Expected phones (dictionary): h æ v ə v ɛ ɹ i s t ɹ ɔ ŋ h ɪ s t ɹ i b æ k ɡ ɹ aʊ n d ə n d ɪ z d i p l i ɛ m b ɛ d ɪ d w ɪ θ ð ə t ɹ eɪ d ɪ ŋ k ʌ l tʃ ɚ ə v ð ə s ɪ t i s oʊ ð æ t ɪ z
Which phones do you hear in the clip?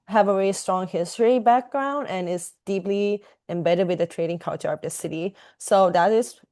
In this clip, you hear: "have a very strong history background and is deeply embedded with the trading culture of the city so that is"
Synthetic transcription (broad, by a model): h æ v ə v ɛ ɹ i s t ɹ ɔ ŋ h ɪ s t ɹ i b æ k ɡ ɹ aʊ n d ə n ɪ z d i p l i ɛ m b ɛ d ɪ d w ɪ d ð ə t ɹ eɪ d ɪ ŋ k ʌ l tʃ ɚ ə v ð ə s ɪ t i s oʊ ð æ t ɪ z